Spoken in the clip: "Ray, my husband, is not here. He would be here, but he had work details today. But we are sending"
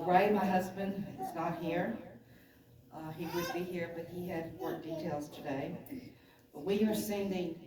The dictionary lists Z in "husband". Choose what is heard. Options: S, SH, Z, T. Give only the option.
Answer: Z